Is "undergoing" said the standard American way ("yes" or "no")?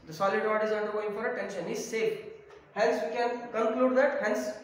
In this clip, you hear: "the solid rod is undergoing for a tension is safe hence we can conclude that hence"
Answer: yes